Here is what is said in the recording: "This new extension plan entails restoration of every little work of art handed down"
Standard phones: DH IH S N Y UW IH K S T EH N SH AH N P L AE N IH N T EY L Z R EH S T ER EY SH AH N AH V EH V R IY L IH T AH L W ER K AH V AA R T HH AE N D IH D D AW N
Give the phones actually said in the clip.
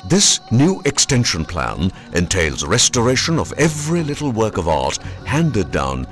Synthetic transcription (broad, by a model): DH IH S N Y UW IH K S T EH N SH AH N P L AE N IH N T EY L Z R EH S T ER EY SH AH N AH V EH V R IY L IH T L W ER K AH V AA R T HH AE N D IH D D AW N